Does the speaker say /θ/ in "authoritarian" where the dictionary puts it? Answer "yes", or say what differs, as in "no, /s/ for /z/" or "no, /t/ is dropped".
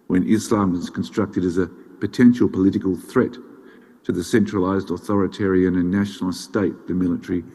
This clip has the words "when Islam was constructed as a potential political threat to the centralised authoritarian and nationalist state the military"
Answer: yes